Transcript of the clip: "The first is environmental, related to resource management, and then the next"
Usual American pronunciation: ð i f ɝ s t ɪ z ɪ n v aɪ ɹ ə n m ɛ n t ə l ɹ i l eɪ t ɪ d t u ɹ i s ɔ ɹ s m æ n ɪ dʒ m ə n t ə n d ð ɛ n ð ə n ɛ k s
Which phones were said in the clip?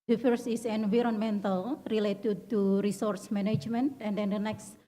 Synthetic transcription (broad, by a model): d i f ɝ s ɪ s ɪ n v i ɹ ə n m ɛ n t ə l ɹ i l eɪ t ɪ d t u ɹ i s ɔ ɹ s m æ n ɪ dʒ m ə n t ə n d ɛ n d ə n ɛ k s